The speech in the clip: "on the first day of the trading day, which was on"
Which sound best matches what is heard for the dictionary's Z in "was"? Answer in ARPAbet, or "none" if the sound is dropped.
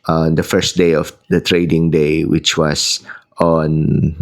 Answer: S